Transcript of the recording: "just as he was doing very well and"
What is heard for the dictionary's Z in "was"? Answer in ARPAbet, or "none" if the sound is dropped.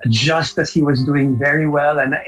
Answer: Z